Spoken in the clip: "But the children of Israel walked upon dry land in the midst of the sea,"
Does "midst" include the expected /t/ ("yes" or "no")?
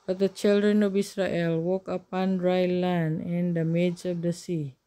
no